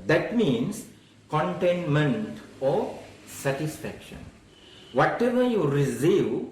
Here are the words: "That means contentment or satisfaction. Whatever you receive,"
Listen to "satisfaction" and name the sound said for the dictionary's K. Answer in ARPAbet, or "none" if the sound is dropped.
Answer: K